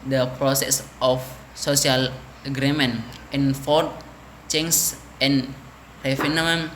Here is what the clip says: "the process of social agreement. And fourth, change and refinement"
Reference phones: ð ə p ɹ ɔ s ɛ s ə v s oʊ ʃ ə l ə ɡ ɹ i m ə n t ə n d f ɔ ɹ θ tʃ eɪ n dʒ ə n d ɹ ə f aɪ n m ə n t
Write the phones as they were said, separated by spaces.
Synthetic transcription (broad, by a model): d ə p ɹ ɔ s ɛ s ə f s oʊ s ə l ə ɡ ɹ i m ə n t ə n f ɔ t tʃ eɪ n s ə n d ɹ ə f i n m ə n